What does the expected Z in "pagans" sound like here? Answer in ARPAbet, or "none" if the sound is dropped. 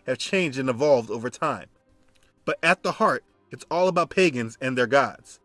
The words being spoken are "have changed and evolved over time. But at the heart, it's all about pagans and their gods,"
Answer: Z